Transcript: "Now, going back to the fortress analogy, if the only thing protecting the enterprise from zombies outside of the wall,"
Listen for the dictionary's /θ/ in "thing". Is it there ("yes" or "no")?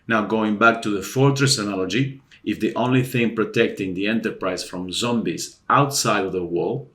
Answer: yes